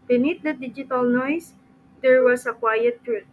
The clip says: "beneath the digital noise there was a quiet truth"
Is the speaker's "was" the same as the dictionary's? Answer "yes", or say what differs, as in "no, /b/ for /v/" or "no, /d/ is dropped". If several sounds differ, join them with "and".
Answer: no, /s/ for /z/